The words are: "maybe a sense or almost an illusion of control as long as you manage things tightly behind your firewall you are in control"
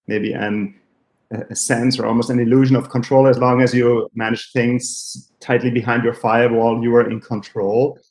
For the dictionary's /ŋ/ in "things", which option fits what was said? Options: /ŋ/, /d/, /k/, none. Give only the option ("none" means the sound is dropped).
/ŋ/